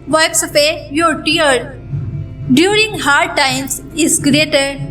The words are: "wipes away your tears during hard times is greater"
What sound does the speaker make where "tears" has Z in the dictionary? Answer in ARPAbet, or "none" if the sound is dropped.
none